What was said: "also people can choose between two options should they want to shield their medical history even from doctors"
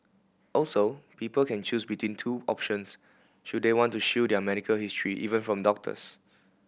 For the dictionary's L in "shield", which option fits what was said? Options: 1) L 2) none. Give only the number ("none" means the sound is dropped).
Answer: 2